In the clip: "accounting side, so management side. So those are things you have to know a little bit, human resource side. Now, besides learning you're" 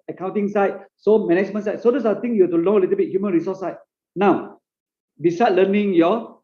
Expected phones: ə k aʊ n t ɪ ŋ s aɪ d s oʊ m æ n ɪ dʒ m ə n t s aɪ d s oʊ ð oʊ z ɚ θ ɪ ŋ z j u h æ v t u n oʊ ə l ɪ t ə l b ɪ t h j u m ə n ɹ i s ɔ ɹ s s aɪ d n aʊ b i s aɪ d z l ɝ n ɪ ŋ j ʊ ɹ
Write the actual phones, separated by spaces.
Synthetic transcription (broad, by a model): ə k aʊ n t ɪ ŋ s aɪ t s oʊ m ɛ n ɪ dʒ m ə n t s aɪ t s oʊ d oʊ s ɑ t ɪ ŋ j u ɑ t u l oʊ ə l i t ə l b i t h j u m ə n ɹ i s ɔ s s aɪ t n aʊ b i s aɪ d l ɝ n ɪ ŋ j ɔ